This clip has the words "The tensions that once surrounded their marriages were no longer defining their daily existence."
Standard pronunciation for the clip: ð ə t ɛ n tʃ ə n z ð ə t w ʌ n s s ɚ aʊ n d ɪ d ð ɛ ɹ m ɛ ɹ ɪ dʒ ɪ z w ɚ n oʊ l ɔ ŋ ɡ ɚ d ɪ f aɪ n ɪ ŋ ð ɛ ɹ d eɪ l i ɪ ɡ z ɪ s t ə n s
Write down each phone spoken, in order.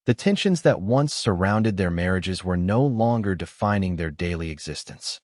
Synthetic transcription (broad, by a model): ð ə t ɛ n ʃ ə n z ð ə t w ʌ n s s ɚ aʊ n d ɪ d ð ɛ ɹ m ɛ ɹ ɪ dʒ ɪ z w ɚ n oʊ l ɔ ŋ ɡ ɚ d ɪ f aɪ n ɪ ŋ ð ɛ ɹ d eɪ l i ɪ ɡ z ɪ s t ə n s